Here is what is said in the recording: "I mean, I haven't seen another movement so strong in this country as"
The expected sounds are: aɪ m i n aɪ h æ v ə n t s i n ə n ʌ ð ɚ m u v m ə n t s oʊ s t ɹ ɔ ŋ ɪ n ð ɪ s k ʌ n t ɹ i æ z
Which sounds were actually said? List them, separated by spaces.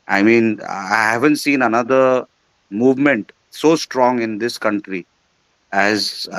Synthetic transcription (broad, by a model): aɪ m i n aɪ h æ v ə n t s i n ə n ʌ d ɚ m u v m ə n t s oʊ s t ɹ ɔ ŋ ɪ n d ɪ s k ʌ n t ɹ i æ z